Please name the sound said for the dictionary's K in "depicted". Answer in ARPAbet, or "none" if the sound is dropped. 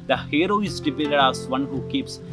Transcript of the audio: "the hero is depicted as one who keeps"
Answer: none